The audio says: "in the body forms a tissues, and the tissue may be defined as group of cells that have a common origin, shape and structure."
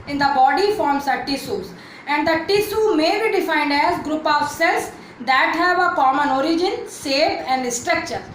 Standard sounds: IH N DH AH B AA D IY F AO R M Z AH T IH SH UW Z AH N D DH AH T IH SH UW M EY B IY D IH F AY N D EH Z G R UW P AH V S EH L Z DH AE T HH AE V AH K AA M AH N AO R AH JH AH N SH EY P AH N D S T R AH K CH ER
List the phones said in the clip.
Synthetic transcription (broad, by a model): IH N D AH B AA D IY F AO R M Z AH T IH S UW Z AH N D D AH T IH S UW M EY B IY D IH F AY N D EH Z G R UW P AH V S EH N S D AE T HH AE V AH K AA M AH N AO R AH JH AH N S EY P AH N D S T R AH K CH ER